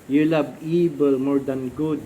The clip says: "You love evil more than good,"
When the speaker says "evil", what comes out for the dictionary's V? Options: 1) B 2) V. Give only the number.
1